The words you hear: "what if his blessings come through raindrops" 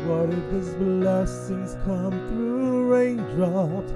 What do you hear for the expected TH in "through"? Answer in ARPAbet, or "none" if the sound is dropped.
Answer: TH